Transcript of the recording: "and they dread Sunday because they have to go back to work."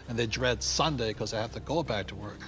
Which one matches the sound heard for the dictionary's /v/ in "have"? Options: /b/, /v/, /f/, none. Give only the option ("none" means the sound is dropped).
/f/